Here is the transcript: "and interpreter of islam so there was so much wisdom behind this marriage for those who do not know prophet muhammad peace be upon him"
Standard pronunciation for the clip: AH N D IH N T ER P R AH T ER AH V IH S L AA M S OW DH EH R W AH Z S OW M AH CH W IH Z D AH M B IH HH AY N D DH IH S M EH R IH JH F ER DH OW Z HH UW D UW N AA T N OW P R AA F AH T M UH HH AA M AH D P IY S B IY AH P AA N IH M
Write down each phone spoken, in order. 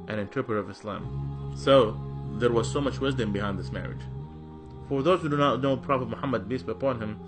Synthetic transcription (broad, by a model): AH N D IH N T ER P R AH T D AH V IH S L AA M S OW DH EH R W AH Z S OW M AH CH W IH Z D AH M B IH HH AY N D DH IH S M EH R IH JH F ER DH OW Z HH UW D UW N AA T N OW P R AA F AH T M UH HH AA M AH D B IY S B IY AH P AA N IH M